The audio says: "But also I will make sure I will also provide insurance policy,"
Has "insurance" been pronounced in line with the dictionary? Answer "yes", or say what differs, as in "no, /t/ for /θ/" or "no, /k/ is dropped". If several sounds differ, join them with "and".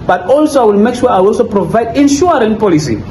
no, /s/ is dropped